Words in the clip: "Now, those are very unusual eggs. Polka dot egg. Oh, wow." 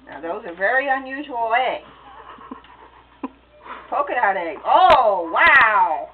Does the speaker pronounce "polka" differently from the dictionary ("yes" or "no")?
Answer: no